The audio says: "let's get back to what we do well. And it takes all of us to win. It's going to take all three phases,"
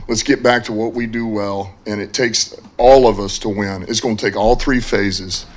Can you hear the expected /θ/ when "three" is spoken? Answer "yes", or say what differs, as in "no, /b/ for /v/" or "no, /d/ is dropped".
yes